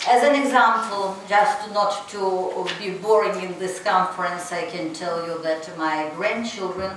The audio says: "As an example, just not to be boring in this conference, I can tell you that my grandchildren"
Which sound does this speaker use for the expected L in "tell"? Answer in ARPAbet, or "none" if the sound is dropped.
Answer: L